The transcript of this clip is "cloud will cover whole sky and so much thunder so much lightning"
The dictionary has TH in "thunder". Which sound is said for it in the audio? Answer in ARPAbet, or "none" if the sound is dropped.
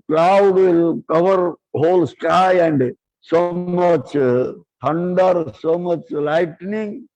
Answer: T